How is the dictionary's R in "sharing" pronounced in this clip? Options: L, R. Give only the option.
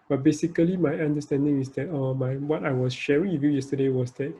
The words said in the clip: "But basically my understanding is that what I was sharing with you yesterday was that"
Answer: R